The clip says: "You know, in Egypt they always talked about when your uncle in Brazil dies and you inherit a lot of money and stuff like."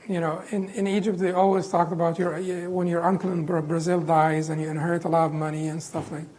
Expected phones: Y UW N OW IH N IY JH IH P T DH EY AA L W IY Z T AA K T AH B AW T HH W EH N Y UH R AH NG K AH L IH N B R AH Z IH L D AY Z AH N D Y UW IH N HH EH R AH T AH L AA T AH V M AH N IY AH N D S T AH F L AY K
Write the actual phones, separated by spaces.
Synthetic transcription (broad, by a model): Y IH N OW IH N IY JH IH P T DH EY AA L W IY Z T AA K T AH B AW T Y W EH N Y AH R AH NG K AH L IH N B R AH Z IH L D AY Z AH N Y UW IH N HH EH R AH T AH L AA T AH V M AH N IY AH N S T AH F L AY K